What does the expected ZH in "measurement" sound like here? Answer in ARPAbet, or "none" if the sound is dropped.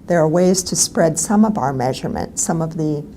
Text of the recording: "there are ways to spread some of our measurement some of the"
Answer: ZH